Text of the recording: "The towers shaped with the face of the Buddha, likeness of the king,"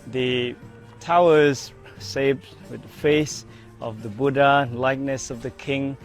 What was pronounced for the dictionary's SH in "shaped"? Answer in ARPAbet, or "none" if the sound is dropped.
S